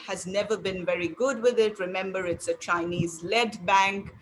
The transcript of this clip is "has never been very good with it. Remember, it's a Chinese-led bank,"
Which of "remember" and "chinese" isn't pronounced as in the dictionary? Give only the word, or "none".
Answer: none